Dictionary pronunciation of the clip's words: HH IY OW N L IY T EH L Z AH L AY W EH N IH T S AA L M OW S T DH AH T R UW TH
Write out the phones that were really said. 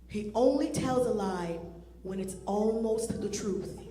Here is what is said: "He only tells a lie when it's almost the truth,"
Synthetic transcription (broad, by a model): HH IY OW N L IY T EH L Z AH L AY W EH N IH T S AA L M OW S T DH AH T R UW TH